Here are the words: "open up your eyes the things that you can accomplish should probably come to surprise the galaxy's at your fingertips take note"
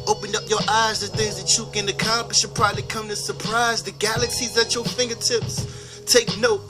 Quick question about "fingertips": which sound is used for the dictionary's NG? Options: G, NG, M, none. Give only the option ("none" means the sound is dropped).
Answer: NG